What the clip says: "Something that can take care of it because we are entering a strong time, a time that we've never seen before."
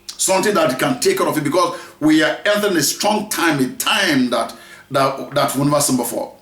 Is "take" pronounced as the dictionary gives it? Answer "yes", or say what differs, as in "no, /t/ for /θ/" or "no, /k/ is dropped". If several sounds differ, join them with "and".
yes